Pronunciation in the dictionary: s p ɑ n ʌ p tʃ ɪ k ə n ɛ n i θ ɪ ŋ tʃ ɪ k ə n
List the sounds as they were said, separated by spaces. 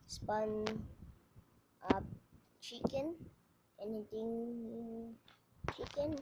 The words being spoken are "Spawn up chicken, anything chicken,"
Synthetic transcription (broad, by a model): s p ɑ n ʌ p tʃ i k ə n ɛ n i t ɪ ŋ tʃ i k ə n